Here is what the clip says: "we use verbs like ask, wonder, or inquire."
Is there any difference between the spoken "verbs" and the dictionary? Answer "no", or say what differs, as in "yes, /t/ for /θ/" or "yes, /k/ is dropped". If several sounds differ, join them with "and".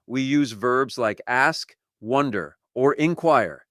no